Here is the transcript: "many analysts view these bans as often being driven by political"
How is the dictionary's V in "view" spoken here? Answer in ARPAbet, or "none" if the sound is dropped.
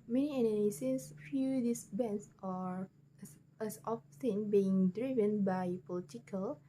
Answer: F